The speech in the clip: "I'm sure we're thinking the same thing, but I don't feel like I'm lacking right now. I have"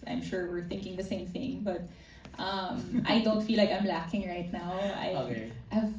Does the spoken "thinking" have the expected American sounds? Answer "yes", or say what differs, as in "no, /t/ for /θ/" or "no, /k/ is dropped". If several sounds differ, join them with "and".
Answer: yes